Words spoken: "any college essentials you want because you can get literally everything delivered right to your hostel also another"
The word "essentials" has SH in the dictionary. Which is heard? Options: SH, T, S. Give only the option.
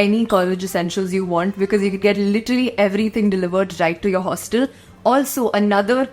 SH